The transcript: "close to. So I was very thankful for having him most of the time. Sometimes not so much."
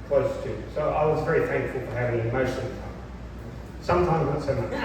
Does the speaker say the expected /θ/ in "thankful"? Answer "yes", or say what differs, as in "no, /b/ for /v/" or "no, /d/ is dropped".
yes